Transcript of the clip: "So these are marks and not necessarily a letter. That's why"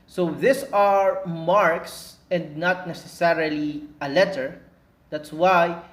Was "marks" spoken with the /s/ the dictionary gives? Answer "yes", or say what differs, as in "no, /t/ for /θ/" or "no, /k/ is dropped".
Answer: yes